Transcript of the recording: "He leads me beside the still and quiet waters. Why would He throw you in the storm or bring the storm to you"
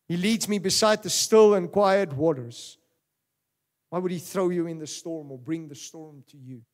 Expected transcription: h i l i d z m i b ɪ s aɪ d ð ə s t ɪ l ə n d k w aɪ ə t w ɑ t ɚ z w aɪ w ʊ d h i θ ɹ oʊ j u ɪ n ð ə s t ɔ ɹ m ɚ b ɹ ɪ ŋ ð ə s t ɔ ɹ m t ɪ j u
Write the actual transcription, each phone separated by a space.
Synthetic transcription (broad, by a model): h i l i d z m i b ɪ s aɪ d ð ə s t ɪ l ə n k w aɪ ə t w ɑ t ɚ z w aɪ w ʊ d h i θ ɹ oʊ j u ɪ n ð ə s t ɔ ɹ m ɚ b ɹ ɪ ŋ ð ə s t ɔ ɹ m t ɪ j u